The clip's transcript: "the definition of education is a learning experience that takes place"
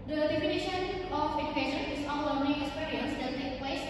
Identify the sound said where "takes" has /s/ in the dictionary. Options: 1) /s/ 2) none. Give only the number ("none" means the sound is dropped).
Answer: 2